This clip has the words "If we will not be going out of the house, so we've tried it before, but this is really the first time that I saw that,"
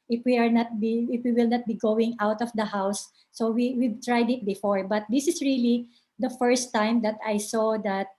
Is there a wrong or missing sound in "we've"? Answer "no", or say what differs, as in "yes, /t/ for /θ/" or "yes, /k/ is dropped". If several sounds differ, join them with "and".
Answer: yes, /w/ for /v/